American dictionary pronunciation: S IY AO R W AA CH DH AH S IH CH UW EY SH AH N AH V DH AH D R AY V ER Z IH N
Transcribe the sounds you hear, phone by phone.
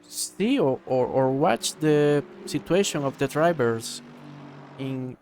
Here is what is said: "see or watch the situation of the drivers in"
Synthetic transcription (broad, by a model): S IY AO R W AA CH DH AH S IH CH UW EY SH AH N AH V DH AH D R AY B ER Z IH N